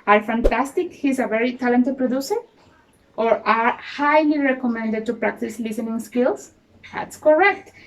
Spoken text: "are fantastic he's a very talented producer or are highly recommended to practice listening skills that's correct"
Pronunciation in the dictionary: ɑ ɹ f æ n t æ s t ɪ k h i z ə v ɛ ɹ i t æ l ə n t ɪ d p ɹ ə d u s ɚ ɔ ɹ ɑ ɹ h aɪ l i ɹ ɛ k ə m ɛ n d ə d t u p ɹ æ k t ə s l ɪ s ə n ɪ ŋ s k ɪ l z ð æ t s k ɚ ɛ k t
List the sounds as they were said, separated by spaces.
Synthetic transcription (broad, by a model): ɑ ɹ f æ n t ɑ s t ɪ k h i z ə v ɛ ɹ i t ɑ l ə n t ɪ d p ɹ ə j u s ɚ ɔ ɹ ɑ ɹ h aɪ l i ɹ ɛ k ə m ɛ n d ə d t u p ɹ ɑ k t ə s l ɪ s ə n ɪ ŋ s k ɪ l s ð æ t s k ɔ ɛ k t